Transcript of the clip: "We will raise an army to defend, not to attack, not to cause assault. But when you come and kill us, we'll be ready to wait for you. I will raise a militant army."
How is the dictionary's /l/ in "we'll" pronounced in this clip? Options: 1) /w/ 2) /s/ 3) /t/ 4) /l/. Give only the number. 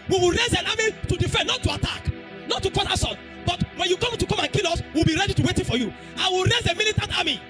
4